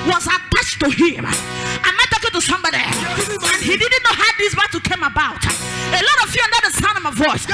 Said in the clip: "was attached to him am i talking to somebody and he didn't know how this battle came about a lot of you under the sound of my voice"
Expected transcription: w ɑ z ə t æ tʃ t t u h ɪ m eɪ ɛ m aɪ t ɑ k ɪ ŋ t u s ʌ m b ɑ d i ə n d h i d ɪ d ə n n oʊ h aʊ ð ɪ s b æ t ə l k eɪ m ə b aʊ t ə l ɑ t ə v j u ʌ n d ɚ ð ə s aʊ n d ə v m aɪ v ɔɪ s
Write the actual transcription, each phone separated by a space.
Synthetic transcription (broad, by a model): w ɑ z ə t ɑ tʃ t t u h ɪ m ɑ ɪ m aɪ t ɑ k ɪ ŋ t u s ʌ m b ɑ d i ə n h i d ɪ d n n oʊ h aʊ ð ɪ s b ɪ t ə k eɪ m ə b aʊ t ə l ɑ t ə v j u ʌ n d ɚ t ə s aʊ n ə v m aɪ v ɔɪ s